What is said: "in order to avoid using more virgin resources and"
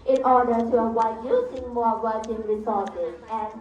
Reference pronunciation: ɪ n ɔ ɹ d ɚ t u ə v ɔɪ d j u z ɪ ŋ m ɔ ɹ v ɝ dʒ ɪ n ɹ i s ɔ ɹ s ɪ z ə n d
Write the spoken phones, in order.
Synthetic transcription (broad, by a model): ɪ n ɔ ɹ d ɚ t u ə w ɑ j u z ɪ ŋ m ɔ ɹ w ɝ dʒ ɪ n ɹ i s ɔ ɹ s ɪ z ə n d